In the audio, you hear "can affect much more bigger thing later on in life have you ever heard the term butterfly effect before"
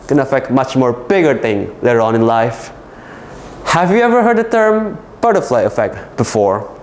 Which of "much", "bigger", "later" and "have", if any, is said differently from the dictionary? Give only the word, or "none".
none